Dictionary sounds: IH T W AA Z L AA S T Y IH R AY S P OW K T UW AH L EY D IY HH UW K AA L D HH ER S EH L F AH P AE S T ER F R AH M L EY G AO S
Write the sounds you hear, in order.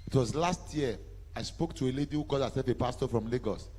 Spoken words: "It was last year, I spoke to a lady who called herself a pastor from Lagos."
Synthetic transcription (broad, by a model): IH T W AA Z L AA S T Y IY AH AY S P OW K T UW AH L EY D IY HH UW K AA D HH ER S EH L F AH P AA S T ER F R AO M L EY G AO S